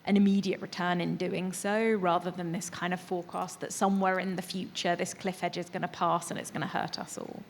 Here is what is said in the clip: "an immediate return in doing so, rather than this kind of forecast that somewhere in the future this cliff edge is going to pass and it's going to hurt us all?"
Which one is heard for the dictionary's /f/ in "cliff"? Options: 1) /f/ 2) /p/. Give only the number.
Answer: 1